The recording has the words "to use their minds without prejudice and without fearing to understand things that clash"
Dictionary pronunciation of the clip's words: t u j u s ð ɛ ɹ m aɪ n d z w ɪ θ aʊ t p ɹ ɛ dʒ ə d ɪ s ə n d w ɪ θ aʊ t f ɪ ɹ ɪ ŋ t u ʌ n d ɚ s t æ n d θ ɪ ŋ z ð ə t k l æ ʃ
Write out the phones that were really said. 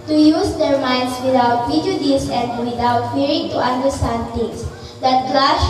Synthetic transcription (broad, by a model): t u j u s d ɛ ɹ m aɪ n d s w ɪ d aʊ t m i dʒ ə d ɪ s ə n d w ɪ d aʊ t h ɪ ɹ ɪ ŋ t u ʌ n d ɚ s t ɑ n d t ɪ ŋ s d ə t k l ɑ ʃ